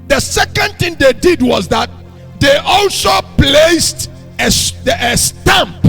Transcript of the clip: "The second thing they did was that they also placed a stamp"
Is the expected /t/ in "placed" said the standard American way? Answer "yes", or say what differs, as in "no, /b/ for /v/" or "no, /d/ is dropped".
yes